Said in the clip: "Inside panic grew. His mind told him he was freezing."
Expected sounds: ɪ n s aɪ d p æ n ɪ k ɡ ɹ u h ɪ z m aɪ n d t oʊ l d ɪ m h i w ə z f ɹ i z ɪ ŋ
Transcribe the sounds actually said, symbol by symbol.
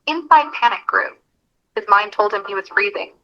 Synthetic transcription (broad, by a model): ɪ n s aɪ d p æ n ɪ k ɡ ɹ u h ɪ z m aɪ n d t oʊ l d ɪ m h i w ə z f ɹ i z ɪ ŋ